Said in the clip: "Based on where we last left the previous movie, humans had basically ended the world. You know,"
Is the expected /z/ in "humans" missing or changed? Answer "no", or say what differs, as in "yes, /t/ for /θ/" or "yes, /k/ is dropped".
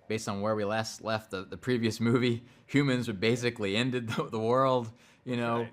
no